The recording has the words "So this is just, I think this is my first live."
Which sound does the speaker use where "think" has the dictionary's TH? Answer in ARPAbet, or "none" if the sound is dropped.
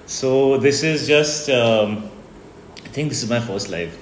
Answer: T